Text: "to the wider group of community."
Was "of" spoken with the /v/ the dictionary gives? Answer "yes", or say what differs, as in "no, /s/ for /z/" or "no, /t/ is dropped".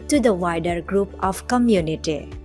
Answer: no, /p/ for /v/